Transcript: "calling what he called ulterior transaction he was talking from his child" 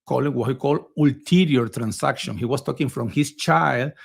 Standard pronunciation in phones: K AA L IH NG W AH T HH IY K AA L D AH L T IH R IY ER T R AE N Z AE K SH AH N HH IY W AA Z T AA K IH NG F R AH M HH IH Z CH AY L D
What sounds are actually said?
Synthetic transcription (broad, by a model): K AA L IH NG W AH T HH IY K AA L D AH L T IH R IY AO T R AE N S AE K SH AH N HH IY W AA S T AA K IH NG F R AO M HH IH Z CH AY L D